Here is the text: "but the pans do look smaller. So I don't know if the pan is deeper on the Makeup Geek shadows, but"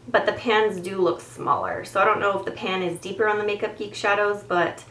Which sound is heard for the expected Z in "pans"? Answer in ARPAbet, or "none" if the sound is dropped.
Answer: Z